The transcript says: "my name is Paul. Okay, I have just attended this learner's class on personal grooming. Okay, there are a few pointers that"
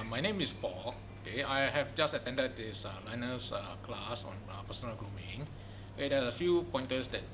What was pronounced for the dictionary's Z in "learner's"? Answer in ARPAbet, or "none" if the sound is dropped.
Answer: S